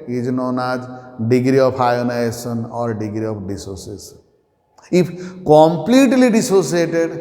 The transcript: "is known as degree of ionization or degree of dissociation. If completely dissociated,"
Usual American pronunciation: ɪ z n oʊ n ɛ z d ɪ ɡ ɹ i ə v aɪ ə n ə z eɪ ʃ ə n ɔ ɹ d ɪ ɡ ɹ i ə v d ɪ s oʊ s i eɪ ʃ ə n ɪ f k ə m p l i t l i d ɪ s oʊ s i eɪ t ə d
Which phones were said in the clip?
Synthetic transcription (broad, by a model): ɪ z n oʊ n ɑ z d ɪ ɡ ɹ i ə p aɪ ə n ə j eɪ s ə n ɔ ɹ d ɪ ɡ ɹ i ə p d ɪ s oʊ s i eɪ s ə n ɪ p k ə m p l i t l i d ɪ s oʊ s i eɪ t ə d